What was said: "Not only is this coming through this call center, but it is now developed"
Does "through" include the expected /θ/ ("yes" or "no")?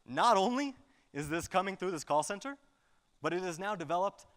yes